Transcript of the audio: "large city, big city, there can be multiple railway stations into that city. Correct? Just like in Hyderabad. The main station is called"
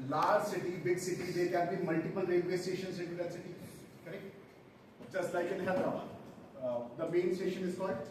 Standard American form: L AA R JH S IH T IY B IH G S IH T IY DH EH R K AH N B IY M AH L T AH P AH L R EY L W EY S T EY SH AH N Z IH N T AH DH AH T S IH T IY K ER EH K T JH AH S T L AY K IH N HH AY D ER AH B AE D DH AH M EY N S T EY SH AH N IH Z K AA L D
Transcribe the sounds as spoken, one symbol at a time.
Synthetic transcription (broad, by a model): L AA R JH S IH T IY B IH G S IH T IY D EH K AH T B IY M AH L T AH P AH L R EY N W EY S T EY SH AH N S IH T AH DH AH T S IH T IY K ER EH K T JH AH S T L AY K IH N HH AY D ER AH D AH M EY N S T EY SH AH N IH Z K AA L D